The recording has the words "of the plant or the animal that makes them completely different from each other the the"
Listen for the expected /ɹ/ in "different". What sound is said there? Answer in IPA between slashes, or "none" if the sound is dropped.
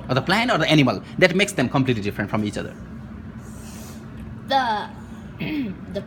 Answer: /ɹ/